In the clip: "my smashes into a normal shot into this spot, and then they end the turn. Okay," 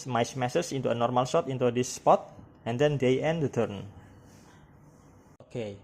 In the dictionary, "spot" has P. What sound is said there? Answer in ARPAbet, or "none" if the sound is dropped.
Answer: P